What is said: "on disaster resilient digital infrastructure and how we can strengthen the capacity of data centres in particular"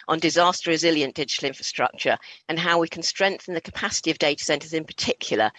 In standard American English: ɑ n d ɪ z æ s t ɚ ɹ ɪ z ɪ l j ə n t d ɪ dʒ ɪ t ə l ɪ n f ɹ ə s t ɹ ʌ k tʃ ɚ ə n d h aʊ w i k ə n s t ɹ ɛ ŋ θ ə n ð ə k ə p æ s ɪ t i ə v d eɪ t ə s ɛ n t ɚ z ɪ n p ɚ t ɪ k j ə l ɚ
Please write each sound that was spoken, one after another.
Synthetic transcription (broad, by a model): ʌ n d ɪ z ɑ s t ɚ ɹ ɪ z ɪ l j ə n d ɪ dʒ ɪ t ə l ɪ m f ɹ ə s t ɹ ʌ k tʃ ɚ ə n h aʊ w i k ə n s t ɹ ɛ ŋ θ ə n ð ə k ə p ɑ s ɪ t i ə v d eɪ t ə s ɛ n t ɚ z ɪ n p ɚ t ɪ k j l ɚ